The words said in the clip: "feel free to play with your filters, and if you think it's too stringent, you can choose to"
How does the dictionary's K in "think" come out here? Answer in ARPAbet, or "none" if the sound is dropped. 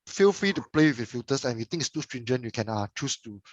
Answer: none